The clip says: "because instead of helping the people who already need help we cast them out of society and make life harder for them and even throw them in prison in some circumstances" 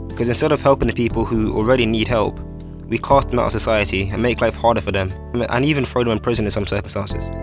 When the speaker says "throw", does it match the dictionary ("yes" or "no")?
no